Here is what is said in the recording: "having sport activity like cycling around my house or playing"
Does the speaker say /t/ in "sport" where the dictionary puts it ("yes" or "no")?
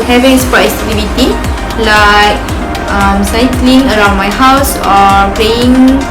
no